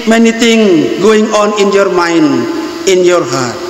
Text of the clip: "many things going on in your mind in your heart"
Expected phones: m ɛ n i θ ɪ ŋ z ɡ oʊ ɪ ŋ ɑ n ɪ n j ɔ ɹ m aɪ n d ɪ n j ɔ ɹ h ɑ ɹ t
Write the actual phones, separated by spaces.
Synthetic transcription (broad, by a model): m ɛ n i t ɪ ŋ ɡ oʊ ɪ ŋ ɑ n ɪ n j ɔ ɹ m aɪ n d ɪ n j ɔ ɹ h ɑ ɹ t